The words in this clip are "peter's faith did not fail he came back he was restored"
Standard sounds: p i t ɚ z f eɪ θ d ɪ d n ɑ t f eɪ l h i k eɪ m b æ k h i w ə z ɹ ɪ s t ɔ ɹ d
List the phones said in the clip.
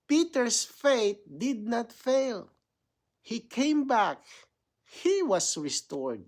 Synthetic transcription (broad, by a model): p i t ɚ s f eɪ t d ɪ d n ɑ t f eɪ l h i k eɪ m b æ k h i w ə s ɹ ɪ s t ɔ ɹ d